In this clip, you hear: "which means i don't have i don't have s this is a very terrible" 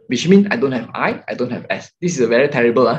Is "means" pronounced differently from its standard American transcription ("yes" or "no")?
yes